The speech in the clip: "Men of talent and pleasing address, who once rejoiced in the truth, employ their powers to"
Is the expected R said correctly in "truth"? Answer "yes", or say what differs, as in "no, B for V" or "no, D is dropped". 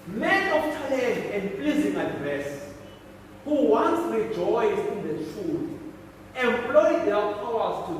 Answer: no, R is dropped